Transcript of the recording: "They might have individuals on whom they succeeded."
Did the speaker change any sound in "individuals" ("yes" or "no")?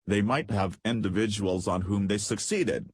no